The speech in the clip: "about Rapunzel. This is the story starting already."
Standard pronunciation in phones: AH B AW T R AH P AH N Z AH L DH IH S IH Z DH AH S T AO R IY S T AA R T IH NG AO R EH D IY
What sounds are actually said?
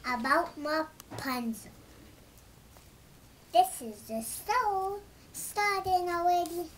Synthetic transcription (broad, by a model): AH B AW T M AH P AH N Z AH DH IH S IH Z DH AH S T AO IY S T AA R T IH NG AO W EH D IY